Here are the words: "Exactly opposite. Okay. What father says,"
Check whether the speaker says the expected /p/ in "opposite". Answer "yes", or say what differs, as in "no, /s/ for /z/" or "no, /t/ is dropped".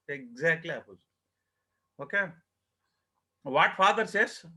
no, /p/ is dropped